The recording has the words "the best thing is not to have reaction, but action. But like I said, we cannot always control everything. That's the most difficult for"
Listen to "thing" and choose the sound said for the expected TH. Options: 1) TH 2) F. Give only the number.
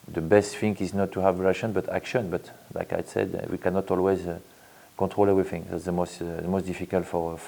2